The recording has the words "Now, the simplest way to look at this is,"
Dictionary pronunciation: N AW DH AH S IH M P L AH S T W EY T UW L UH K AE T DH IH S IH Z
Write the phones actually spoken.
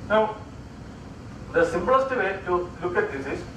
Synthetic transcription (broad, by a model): N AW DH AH S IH M B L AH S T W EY T UW L UH K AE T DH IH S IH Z